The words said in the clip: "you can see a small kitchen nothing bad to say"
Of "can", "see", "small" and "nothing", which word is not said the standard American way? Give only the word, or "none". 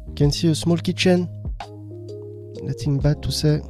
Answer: nothing